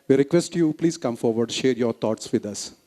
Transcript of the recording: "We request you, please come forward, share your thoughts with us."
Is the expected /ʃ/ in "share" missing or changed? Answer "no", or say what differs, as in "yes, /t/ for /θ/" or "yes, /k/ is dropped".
no